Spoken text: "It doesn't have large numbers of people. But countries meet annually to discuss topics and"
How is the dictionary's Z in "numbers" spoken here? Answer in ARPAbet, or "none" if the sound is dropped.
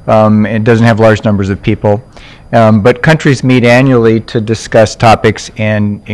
Z